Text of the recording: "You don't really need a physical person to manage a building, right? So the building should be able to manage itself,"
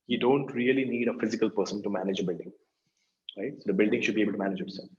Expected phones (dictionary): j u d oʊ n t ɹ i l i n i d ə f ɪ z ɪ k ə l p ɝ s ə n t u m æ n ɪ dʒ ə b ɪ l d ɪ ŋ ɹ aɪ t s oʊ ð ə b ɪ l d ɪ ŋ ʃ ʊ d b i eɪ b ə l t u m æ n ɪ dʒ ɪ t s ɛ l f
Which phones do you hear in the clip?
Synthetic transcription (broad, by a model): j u d oʊ n t ɹ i l i n i d ə f ɪ z ɪ k ə l p ɝ s ə n t u m æ n ɪ dʒ ə b ɪ l d ɪ ŋ ɹ aɪ t s oʊ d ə b ɪ l d ɪ ŋ ʃ ʊ d b i eɪ b ə l t u m æ n ɪ dʒ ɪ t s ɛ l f